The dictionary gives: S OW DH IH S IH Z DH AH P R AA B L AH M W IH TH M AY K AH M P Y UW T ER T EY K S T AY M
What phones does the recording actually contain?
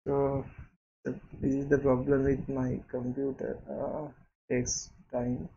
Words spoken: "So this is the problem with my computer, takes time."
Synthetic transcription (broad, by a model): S OW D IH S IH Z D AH P R AA B L AH M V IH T M AY K AH M P Y UW T ER T EY K S T AY M